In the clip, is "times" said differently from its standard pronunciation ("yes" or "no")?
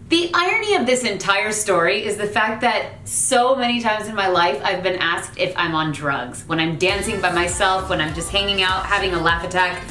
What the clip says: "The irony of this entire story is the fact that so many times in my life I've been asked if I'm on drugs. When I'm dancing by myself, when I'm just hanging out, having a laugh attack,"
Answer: no